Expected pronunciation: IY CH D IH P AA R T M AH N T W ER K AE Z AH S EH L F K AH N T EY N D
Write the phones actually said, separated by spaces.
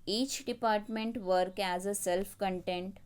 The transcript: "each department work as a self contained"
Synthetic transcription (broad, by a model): IY CH D IH P AA R T M AH N T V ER K AE Z AH S EH L F K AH N T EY N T